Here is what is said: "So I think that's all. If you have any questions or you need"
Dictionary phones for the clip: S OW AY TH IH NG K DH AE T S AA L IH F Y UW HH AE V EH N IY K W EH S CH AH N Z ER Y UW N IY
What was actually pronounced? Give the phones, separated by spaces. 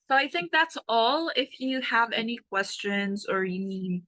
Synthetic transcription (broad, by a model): S OW AY TH IH NG K DH AE T S AA L IH F Y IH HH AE V EH N IY K W EH S CH AH N Z ER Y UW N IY